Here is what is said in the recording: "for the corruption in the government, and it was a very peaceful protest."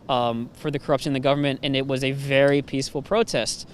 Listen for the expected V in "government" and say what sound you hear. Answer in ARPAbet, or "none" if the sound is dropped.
V